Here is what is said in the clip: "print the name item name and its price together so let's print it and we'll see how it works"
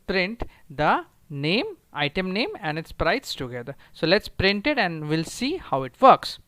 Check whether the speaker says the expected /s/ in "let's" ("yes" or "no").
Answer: yes